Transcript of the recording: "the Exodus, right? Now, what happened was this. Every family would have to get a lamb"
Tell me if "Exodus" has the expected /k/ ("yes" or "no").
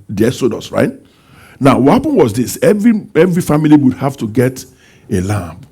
no